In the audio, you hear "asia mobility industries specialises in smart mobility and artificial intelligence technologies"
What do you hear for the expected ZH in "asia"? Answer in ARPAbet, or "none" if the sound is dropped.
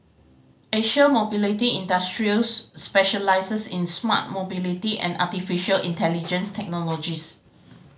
SH